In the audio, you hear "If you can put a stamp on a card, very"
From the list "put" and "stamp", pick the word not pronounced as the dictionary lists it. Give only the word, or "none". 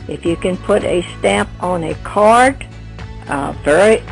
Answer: none